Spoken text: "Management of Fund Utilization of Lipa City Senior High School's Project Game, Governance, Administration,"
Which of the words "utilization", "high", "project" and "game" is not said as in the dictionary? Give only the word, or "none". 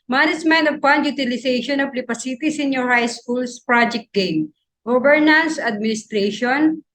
utilization